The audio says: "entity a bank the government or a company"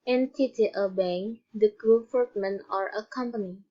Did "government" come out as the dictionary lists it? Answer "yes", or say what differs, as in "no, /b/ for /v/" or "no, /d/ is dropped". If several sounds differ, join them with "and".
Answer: no, /f/ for /v/ and /t/ is dropped